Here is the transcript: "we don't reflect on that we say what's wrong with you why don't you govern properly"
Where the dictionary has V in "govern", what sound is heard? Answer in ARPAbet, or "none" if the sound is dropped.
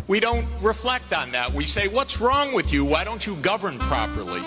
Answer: V